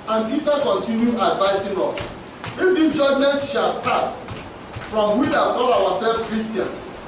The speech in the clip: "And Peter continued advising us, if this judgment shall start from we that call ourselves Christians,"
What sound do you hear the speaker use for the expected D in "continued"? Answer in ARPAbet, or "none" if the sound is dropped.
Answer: none